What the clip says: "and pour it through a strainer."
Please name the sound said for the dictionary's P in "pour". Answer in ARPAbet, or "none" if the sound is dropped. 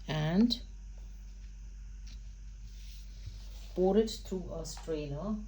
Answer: B